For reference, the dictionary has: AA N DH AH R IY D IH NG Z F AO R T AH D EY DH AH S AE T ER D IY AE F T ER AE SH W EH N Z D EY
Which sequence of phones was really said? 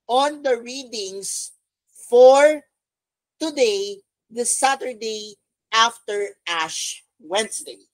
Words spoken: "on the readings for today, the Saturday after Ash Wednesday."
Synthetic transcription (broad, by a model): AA N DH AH R IY D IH NG S F AO R T AH D EY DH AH S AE T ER D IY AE F T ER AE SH W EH N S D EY